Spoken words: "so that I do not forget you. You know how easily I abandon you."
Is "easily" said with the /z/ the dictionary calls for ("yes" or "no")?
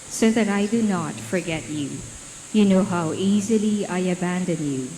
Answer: yes